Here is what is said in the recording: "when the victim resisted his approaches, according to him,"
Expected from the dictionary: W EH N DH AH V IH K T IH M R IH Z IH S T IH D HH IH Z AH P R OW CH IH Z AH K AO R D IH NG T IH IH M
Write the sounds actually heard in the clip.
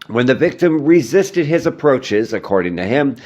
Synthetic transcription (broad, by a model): W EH N DH AH V IH K T IH M R IH Z IH S T IH D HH IH Z AH P R OW CH IH Z AH K AO R D IH NG T IH IH M